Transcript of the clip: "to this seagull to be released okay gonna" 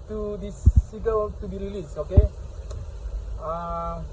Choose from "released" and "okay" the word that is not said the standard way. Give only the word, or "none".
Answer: released